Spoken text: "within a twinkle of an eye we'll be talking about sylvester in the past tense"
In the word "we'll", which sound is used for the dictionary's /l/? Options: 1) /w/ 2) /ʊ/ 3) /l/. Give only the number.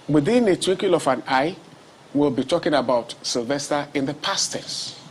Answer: 3